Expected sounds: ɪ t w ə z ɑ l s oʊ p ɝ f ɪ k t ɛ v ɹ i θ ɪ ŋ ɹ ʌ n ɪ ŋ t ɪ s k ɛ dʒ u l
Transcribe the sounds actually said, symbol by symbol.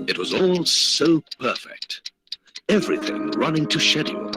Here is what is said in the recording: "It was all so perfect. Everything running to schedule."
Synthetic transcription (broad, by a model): ɪ t w ə z ɑ l s oʊ p ɝ f ɪ k t ɛ v ɹ i θ ɪ ŋ ɹ ʌ n ɪ ŋ t ɪ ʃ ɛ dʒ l